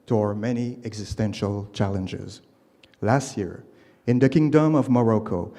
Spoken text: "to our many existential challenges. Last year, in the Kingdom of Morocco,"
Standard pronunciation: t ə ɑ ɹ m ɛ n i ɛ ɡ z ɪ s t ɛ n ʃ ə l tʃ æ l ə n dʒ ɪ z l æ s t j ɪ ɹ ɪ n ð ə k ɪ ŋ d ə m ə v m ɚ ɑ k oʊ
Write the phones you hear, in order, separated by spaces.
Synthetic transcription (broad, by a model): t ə ɑ ɹ m ɛ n i ɛ ɡ z ɪ s t ɛ n ʃ ə l tʃ æ l ə n dʒ ɪ z l æ s t j ɪ ɹ ɪ n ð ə k ɪ ŋ d ə m ə v m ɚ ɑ k oʊ